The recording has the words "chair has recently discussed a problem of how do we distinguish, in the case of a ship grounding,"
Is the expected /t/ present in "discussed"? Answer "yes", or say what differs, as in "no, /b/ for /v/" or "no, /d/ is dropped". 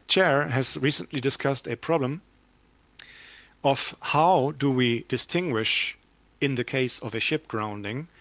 yes